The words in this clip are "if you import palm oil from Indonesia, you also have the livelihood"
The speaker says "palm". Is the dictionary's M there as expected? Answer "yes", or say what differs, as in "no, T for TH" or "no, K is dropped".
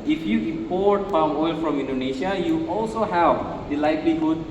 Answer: no, M is dropped